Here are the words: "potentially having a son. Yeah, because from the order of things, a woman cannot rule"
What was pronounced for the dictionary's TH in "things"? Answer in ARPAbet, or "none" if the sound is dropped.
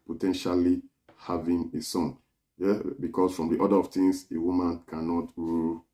T